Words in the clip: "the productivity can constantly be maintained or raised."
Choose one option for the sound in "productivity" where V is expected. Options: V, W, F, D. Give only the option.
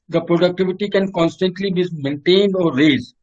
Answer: V